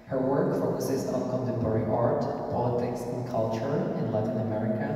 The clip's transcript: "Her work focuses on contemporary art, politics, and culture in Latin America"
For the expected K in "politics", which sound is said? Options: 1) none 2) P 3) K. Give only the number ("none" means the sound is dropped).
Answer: 3